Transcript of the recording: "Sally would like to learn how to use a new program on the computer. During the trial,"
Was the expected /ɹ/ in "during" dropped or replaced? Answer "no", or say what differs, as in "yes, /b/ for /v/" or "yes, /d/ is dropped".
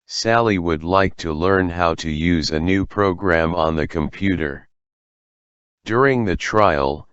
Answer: no